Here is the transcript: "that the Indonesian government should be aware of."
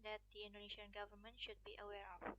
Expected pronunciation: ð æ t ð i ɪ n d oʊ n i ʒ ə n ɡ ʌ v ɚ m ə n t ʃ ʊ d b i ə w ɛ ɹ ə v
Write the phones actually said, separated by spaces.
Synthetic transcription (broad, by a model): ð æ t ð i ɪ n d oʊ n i ʃ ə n ɡ ʌ v ɚ m ə n t ʃ ʊ d b i ə w ɛ ɹ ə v